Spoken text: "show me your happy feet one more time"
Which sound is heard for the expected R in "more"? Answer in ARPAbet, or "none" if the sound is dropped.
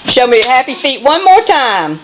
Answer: R